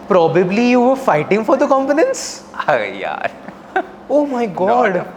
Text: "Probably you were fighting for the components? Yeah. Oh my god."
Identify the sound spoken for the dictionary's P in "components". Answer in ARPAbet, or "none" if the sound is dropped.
F